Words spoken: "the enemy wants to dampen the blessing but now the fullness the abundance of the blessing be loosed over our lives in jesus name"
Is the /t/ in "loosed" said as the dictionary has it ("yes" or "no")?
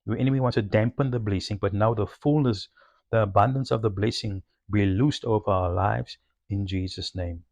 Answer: yes